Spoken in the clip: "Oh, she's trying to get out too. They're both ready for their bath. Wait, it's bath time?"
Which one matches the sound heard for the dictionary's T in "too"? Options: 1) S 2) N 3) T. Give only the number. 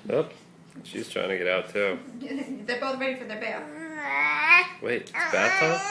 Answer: 3